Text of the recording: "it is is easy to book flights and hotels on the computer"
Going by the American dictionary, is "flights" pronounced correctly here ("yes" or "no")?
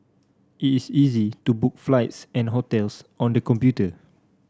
yes